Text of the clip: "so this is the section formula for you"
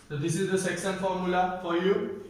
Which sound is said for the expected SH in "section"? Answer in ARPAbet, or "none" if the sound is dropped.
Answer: S